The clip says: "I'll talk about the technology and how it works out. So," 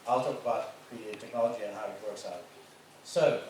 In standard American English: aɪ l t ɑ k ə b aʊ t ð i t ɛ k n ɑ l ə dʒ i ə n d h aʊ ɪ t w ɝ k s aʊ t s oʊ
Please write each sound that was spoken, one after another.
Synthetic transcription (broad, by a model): aɪ l t ɑ k ə b aʊ t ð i t ɛ k n ɑ l ə dʒ i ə n h aʊ ɪ t w ɝ k s aʊ t s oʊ